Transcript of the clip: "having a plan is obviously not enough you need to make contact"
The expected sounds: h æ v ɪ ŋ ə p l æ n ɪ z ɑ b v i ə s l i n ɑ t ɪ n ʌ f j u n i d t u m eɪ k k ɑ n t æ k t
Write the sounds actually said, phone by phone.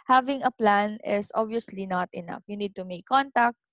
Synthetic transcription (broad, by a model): h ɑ v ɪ ŋ ə p l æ n ɪ s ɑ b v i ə s l i n ɑ t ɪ n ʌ f j u n i d t u m eɪ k k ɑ n t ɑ k t